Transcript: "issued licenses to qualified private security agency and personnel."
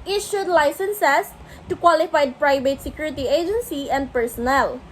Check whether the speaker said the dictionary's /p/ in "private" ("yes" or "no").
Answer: yes